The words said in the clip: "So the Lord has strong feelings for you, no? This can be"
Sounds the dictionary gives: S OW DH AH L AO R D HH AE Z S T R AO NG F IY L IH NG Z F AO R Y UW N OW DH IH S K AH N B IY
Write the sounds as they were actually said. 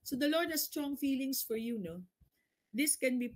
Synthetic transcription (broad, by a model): S OW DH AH L AO R D HH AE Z S T R AO NG F IY L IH NG S F AO R Y UW N OW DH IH S K AH N B IY